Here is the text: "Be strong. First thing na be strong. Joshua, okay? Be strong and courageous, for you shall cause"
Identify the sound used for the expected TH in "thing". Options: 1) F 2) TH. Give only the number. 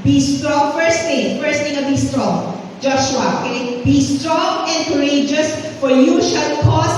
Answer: 1